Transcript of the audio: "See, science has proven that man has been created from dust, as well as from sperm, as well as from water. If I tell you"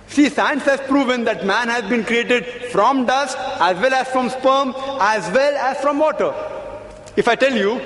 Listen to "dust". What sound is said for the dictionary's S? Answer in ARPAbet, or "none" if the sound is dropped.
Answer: S